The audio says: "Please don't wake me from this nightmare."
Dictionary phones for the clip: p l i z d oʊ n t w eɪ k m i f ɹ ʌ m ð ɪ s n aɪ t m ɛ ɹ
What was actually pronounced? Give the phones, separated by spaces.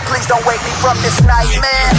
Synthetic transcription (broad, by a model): p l i z d oʊ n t w eɪ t m i f ɹ ʌ m ð ɪ s n aɪ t m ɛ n